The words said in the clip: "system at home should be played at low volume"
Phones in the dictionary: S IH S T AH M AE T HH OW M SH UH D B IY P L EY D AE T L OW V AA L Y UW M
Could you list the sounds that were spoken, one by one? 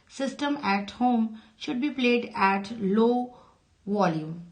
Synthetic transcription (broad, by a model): S IH S T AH M AE T HH OW M SH UH D B IY P L EY D AE T L OW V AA L Y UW M